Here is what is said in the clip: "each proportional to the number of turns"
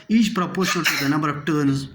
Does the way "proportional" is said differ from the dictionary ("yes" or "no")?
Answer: yes